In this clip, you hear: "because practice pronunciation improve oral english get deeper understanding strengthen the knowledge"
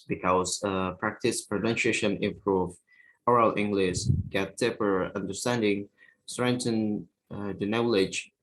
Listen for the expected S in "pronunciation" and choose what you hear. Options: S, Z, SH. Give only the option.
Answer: SH